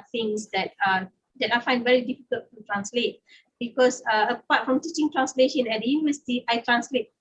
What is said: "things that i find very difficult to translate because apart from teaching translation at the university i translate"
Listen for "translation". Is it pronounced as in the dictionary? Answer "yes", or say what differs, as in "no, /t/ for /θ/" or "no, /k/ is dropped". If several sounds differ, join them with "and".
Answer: yes